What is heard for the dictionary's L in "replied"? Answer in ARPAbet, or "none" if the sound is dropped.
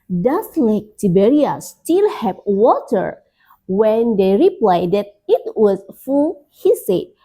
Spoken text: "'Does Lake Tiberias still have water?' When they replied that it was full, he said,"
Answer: L